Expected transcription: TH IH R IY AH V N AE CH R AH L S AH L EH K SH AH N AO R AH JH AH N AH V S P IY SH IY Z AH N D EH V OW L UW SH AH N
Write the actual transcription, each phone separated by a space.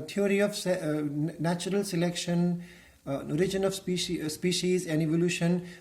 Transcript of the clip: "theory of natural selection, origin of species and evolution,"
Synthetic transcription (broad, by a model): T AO R IY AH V N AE CH R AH L S AH L EH K SH AH N AO R AH JH AH N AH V S P IY SH IY Z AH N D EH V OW L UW SH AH N